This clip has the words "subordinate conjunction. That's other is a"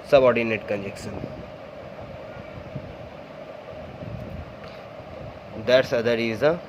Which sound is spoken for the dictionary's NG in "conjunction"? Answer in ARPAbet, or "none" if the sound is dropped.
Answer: none